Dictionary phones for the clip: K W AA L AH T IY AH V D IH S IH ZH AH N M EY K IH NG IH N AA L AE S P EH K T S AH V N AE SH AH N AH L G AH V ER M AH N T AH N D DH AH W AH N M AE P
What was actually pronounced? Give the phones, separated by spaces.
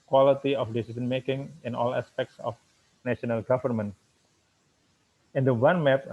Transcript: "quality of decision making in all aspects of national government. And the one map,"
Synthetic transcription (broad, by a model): K W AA L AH T IY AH F D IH S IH S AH N M EY K IH NG IH N AA L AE S P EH K T S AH F N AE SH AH N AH L G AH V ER M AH N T AH N D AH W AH N M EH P